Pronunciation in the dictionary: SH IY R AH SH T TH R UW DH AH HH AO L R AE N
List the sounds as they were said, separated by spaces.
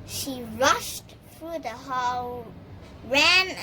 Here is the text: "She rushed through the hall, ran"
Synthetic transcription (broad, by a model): SH IY R AH SH T TH R UW DH AH HH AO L R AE N